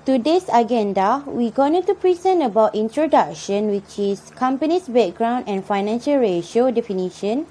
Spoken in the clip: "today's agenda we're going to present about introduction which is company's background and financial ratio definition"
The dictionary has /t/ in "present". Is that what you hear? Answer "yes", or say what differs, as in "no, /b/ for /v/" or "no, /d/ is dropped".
no, /t/ is dropped